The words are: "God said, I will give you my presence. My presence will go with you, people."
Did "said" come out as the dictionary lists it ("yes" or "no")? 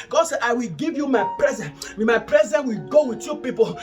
no